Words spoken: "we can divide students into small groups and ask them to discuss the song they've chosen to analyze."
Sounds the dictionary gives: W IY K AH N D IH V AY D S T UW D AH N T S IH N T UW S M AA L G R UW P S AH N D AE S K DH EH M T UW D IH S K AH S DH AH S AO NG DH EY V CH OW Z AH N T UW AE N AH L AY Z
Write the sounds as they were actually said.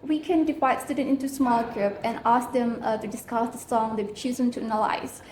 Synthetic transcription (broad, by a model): W IY K AH N D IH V AY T S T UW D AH N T IH N T UW S M AA L G R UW P AH N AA S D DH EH M T UW D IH S K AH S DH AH S AO NG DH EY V CH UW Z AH N T UW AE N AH L AY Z